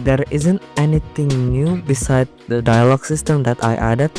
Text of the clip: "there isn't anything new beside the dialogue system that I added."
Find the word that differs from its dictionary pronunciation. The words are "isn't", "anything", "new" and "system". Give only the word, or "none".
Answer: anything